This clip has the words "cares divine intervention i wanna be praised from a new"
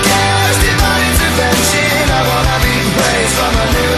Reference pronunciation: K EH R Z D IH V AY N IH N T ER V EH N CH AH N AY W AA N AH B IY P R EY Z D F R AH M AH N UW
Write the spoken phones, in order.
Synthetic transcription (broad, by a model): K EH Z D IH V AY IH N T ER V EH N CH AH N AY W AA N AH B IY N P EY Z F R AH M AH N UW